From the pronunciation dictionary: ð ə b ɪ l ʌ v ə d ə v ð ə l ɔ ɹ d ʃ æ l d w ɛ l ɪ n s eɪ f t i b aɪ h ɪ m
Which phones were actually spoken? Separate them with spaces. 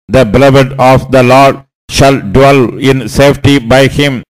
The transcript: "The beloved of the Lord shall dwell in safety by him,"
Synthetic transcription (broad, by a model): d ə b ɪ l ʌ v ə d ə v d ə l ɔ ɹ d ʃ æ l d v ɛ l ɪ n s eɪ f t i b aɪ h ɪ m